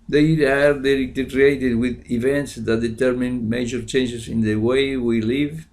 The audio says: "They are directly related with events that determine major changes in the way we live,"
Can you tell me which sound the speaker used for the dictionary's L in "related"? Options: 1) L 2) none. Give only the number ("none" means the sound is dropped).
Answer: 2